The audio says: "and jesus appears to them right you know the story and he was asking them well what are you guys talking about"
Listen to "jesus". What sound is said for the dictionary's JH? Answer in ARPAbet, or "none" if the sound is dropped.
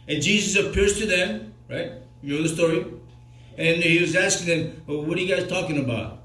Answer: JH